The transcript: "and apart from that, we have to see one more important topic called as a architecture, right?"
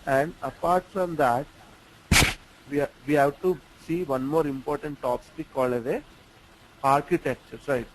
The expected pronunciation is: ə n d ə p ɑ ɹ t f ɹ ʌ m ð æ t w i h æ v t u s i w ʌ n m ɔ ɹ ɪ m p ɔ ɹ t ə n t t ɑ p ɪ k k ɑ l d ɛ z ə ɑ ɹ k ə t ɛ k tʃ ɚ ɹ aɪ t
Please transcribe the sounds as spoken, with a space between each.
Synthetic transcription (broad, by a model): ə n d ə p ɑ ɹ t f ɹ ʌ m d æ t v i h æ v t u s i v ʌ n m ɔ ɹ ɪ m p ɔ ɹ t ə n t t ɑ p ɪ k k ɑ l ɛ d ə ɑ ɹ k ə t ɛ k tʃ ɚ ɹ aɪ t